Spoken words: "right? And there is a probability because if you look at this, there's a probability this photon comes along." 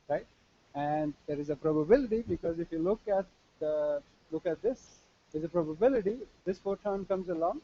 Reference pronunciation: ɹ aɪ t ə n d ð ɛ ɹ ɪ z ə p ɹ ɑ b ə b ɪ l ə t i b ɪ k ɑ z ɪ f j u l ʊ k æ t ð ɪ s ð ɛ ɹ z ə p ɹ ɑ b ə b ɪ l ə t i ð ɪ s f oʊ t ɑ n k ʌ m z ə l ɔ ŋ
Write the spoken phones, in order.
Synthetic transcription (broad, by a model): ɹ aɪ t ə n d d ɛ ɹ ɪ z ə p ɹ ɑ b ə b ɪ l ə t i b ɪ k ɑ z ɪ f j u l ʊ k æ t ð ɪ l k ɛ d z ə p ɹ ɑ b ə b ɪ l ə t i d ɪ s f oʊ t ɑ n k ʌ m z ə l ɔ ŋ